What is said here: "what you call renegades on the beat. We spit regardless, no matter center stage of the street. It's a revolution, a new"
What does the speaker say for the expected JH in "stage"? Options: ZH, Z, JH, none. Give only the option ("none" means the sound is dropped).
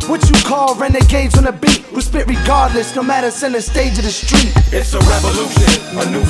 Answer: JH